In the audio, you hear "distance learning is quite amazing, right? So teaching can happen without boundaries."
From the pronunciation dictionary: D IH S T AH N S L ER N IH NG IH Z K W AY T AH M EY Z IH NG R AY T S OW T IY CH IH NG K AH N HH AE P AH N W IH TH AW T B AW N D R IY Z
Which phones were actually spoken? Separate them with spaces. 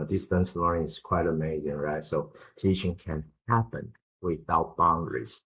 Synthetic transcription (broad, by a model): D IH S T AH N S L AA IH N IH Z K W AY T AH M EY Z IH NG R AY T S OW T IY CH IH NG K AH N HH AE P AH N W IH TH AW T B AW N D R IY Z